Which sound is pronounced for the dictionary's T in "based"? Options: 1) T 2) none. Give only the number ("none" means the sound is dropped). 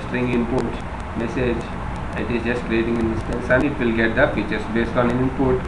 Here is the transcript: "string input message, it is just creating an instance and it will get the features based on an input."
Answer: 1